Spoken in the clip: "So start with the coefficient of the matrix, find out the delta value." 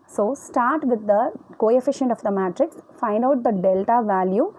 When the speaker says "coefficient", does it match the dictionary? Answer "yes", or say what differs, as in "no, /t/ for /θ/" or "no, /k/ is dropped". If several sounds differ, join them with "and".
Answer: yes